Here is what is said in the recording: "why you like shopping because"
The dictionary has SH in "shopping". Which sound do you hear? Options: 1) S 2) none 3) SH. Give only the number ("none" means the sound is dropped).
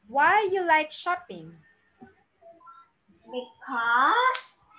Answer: 3